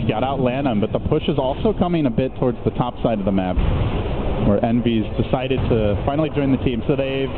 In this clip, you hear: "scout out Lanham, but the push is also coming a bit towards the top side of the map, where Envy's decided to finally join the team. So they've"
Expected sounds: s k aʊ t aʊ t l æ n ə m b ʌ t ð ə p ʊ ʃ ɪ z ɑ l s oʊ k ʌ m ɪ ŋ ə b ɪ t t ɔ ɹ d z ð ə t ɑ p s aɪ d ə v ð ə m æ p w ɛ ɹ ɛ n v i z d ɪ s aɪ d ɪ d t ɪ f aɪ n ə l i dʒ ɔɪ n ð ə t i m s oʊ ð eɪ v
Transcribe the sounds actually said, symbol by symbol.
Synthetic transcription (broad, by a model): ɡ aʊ t aʊ t l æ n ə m b ʌ t ð ə p ʊ ʃ ɪ z ɑ l s oʊ k ʌ m ɪ ŋ ə b ɪ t t ɔ ɹ d z ð ə t ɑ p s aɪ d ə v ð ə m æ p w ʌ ɹ ɛ n v i z d ɪ s aɪ d ɪ d t ɪ f aɪ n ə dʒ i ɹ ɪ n ð ə t i m s oʊ ð eɪ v